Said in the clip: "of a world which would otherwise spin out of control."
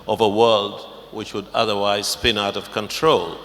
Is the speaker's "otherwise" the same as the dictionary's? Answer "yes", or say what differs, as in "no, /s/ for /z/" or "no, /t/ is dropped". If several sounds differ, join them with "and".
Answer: yes